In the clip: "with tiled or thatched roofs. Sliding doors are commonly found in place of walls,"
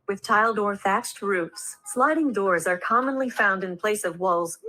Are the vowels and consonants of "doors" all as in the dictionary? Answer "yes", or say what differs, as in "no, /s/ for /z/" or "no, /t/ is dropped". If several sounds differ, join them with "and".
yes